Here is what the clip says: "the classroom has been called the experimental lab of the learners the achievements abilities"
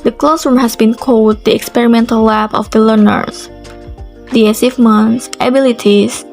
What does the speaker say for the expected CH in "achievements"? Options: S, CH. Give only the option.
S